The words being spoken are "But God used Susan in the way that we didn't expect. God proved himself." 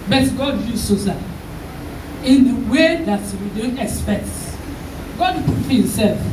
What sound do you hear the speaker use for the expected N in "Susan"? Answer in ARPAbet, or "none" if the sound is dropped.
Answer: none